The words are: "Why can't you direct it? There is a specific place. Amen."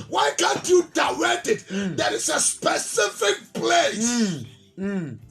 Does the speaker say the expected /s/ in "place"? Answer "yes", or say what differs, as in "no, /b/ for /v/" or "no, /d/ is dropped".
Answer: no, /s/ is dropped